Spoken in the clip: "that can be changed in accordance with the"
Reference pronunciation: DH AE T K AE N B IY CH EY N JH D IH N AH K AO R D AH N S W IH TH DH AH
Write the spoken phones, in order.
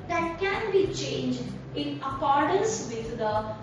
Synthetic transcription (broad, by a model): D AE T K AE N B IY CH EY N JH D IH N AH K AO R D AH N S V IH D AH